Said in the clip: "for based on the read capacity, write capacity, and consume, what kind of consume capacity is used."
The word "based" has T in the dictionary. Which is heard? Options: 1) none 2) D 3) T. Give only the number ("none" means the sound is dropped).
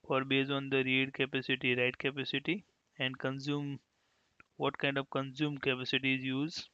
1